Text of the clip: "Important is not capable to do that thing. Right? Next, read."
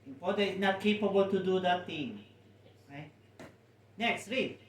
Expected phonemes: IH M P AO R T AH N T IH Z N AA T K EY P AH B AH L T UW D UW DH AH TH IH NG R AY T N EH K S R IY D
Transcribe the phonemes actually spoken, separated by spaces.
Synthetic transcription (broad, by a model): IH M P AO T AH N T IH S N AA T K EY P AH B AH L T UW D UW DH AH T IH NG R AY T N EH K S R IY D